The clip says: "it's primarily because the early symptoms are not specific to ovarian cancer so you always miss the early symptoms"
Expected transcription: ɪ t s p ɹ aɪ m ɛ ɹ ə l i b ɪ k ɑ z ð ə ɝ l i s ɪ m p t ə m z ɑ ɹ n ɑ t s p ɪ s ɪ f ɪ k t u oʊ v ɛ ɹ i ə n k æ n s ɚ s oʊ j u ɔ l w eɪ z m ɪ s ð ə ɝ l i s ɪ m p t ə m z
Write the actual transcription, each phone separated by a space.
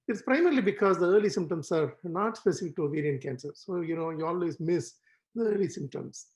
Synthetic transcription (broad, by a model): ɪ t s p ɹ aɪ m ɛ ɹ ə l i b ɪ k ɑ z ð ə ɝ l i s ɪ m p t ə m s ɑ ɹ n ɑ t s p ɪ s ɪ f ɪ k t u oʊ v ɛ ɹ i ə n k æ n s ɚ s oʊ j u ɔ l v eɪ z m ɪ s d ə ɝ l i s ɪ m p t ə m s